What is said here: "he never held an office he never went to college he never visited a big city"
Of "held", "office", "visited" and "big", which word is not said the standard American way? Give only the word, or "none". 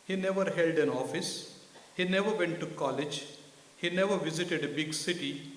none